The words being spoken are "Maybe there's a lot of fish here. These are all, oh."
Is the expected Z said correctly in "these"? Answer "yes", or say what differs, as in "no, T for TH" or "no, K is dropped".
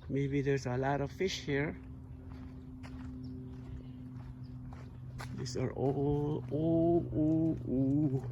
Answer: no, S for Z